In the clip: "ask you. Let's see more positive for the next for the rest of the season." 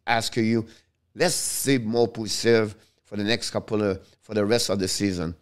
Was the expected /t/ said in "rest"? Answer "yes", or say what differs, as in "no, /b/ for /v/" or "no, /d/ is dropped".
yes